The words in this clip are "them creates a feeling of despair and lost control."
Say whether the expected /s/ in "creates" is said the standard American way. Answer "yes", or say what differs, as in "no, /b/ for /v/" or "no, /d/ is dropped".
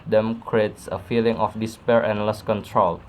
yes